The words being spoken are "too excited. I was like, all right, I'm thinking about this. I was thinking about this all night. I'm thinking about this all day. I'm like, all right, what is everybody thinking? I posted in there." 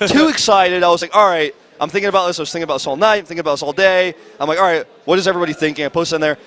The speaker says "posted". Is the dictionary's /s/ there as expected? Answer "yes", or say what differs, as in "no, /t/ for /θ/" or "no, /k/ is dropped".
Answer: no, /s/ is dropped